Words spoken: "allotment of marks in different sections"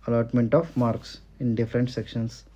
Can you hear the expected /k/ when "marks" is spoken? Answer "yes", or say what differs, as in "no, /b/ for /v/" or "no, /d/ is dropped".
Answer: yes